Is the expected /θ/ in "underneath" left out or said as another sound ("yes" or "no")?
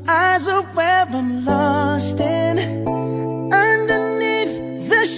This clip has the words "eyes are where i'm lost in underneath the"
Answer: no